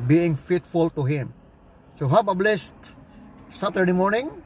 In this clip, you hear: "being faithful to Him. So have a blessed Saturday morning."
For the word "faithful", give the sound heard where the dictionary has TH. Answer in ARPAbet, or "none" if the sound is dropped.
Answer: T